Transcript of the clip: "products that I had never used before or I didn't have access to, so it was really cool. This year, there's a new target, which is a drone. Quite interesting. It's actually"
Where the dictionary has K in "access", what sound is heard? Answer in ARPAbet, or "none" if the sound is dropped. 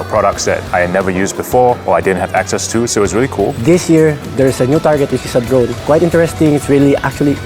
K